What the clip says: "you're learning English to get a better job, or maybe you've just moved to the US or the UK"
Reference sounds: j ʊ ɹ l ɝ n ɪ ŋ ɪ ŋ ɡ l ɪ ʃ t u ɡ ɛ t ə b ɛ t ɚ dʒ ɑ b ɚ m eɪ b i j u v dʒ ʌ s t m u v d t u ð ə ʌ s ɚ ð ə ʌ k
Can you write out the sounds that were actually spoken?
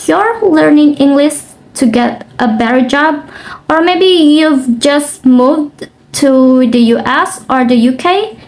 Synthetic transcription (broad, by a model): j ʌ ɹ l ɝ n ɪ ŋ ɪ ŋ ɡ l ɪ ʃ t u ɡ ɛ t ə b ɛ t ɚ dʒ ɑ b ɚ m eɪ b i j u v dʒ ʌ s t m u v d t u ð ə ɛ s ɚ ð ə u k